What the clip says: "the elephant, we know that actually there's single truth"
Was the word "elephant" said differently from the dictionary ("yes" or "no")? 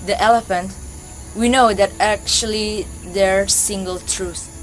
no